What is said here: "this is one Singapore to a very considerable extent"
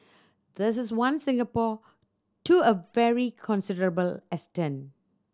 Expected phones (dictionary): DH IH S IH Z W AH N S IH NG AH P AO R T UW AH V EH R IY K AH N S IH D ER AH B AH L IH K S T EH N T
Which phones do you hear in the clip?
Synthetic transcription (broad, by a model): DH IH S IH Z W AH N S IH NG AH P AO T UW AH V EH R IY K AH N S IH D ER AH B AH L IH S T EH N